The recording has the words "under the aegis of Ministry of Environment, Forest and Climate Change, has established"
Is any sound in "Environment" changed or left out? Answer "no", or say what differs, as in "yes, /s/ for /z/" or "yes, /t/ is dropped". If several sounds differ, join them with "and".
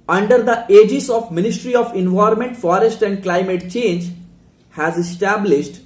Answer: yes, /ɹ/ is dropped